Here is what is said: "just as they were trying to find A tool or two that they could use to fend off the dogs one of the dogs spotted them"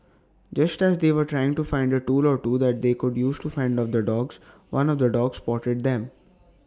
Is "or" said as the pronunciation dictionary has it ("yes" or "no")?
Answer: yes